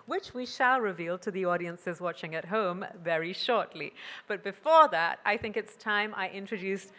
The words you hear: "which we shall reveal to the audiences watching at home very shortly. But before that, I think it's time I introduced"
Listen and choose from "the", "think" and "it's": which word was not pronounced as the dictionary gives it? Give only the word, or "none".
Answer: none